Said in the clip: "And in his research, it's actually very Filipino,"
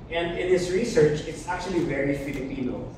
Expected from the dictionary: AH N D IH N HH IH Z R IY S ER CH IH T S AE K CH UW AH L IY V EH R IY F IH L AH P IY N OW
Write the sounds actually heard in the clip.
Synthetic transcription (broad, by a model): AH N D IH N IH S R IY S ER CH IH T S AE K CH UW AH L IY V EH R IY F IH L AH P IY N OW